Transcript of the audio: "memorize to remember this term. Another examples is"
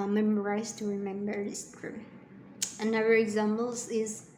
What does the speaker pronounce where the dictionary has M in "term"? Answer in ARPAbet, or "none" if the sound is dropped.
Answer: none